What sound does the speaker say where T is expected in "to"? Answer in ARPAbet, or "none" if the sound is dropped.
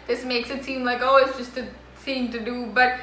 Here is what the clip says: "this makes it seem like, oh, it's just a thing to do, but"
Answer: T